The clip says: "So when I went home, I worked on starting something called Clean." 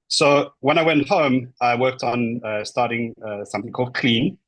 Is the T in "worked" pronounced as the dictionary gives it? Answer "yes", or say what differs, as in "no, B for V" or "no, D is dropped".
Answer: yes